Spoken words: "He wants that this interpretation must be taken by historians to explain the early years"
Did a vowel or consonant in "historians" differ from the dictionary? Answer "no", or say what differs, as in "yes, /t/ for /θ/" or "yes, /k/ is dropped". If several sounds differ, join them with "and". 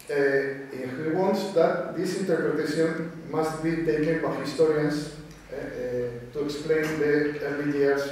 yes, /s/ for /z/